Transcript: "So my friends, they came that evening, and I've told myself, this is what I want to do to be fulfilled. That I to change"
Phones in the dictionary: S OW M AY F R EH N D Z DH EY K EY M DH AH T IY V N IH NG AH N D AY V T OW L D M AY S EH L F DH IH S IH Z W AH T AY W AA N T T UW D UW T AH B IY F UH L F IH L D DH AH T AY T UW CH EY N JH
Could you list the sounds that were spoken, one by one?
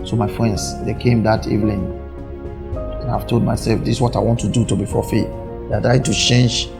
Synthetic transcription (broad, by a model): S OW M AY F R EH N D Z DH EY K EY M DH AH T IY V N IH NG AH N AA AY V T OW L D M AY S EH L F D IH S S W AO T AY W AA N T T UW D UW T AH B IY F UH F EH D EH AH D AY T UW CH EY N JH